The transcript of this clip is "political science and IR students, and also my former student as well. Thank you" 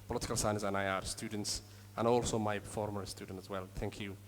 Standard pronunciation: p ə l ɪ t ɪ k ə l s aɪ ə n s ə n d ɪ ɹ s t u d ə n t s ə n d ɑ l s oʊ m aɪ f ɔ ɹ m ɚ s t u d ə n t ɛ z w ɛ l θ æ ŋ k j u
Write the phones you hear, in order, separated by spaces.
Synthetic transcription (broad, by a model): p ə l ɪ t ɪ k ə l s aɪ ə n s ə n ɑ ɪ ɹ s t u d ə n t s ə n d ɑ l s oʊ m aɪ f ɔ ɹ m ɚ s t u d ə n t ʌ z w ɛ l θ æ ŋ k j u